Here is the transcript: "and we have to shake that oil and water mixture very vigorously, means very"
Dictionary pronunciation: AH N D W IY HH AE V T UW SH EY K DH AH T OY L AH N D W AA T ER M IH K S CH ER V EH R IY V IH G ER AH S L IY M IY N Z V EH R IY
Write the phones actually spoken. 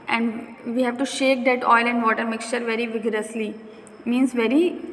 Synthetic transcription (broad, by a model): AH N D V IY HH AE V T UW SH EY K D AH T OY L AH N D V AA T ER M IH K S CH ER V EH R IY V IH G ER AH S L IY M IY N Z V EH R IY